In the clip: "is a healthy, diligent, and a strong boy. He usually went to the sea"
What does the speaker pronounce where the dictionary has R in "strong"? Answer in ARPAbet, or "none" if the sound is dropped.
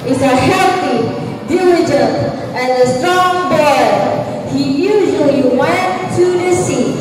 none